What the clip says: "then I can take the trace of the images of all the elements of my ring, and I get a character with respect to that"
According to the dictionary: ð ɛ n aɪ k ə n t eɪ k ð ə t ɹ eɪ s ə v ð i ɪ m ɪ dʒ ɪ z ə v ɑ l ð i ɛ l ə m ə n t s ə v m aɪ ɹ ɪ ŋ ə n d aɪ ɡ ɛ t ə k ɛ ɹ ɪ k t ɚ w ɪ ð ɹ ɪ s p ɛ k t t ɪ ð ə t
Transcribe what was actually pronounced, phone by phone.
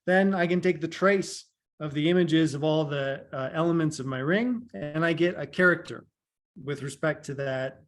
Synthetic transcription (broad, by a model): ð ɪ n aɪ k ə n t eɪ k ð ə t ɹ eɪ s ə v ð i ɪ m ɪ dʒ ɪ z ə v ɑ l ð i ɛ l ə m ə n t s ə v m aɪ ɹ ɪ ŋ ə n aɪ ɡ ɛ t ə k ɛ ɹ ɪ k t ɚ w ɪ ð ɹ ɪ s p ɛ k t t ɪ ð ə t